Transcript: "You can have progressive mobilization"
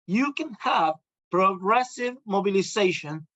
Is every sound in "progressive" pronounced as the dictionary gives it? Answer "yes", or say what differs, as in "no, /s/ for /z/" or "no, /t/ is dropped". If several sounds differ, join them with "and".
yes